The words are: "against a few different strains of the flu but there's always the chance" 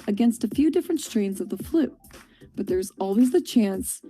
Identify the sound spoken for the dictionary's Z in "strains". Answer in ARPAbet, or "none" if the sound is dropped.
Z